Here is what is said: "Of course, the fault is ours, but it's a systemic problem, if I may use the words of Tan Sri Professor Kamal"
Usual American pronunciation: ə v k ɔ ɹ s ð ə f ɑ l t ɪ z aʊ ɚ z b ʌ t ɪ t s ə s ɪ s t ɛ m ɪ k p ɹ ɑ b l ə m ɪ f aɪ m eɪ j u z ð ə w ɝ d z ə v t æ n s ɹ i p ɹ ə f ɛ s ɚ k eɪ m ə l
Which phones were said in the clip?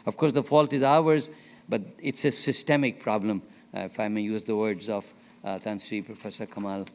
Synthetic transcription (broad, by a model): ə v k ɔ ɹ s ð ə f ɑ l t ɪ z aʊ ɚ z b ʌ t ɪ t s ə s ɪ s t ɛ m ɪ k p ɹ ɑ b l ə m ɪ f aɪ m eɪ j u z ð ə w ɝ d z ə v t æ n s ɹ i p ɹ ə f ɛ s ɚ k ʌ m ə l